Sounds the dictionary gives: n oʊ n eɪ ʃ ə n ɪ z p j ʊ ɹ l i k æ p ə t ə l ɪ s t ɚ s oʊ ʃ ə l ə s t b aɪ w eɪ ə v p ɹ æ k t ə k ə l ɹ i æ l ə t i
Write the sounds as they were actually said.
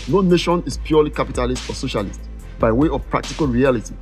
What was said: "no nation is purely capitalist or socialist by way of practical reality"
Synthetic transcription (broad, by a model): n oʊ n eɪ ʃ ə n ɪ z p j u l i k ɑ p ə t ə l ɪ s t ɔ s oʊ ʃ ə l ə s t b aɪ w eɪ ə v p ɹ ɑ k t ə k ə l ɹ i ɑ l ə t i